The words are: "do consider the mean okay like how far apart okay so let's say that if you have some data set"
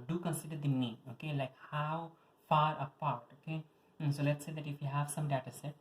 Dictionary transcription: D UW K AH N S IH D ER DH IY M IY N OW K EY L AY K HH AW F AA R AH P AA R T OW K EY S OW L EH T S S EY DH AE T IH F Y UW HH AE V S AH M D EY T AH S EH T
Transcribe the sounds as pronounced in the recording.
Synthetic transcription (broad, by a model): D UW K AH N S IH D ER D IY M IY OW K EY L AY K HH AW F AA R AH P AA R T OW K EY S OW L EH T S S EY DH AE T IH F Y UW HH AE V S AH M D EY T AH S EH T